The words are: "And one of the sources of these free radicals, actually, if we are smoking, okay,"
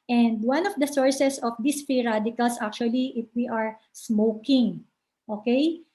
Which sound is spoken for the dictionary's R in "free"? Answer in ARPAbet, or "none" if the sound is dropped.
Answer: none